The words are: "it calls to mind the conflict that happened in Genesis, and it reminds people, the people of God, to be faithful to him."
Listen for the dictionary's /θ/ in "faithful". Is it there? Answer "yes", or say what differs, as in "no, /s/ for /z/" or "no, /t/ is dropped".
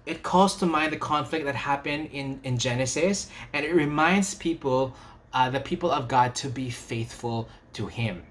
yes